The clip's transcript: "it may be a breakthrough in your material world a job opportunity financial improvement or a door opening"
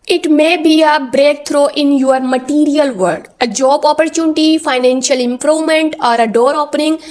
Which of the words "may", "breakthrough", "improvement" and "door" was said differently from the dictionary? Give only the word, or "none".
breakthrough